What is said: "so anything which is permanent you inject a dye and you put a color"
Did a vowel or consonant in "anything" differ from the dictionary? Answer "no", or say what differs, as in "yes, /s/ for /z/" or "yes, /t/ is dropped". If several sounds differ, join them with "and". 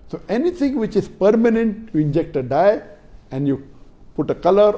yes, /t/ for /θ/